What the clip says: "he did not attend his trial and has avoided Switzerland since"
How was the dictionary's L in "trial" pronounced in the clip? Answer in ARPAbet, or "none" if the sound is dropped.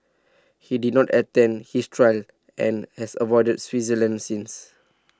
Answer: L